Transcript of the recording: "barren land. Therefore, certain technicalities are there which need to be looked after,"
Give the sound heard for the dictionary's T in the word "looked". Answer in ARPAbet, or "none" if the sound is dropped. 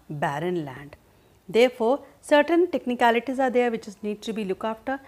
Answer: none